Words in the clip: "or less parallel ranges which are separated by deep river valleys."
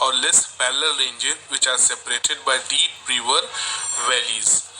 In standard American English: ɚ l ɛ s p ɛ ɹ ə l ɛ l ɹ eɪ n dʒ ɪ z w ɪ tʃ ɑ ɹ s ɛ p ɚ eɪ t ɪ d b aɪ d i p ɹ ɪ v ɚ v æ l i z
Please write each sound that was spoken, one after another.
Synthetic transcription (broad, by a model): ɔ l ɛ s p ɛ l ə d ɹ eɪ n dʒ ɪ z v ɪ tʃ ɑ ɹ s ɛ p ɚ eɪ t ɪ d b aɪ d i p ɹ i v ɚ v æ l i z